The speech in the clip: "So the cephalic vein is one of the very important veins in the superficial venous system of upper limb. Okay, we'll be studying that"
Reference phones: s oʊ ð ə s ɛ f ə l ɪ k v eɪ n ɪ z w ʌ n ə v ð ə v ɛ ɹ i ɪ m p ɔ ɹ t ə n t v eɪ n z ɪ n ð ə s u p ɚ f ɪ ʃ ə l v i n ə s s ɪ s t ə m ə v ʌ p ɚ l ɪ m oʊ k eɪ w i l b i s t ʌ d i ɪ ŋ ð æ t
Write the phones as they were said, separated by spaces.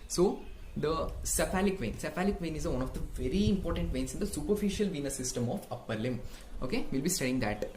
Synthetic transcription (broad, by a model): s oʊ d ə s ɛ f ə l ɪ k v eɪ n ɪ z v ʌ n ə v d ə v ɛ ɹ i ɪ m p ɔ ɹ t ə n t v eɪ n s ɪ n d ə s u p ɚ f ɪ ʃ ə l v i n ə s s ɪ s t ə m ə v ʌ p ɚ l ɪ m oʊ k eɪ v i l b i s t ʌ d i ɪ ŋ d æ t